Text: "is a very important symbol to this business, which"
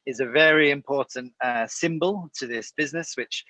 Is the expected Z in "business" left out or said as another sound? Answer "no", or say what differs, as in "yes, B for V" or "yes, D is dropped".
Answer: no